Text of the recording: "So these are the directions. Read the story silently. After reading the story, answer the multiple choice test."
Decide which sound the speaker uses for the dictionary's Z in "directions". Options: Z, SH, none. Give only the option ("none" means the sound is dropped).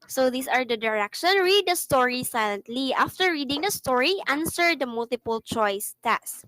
none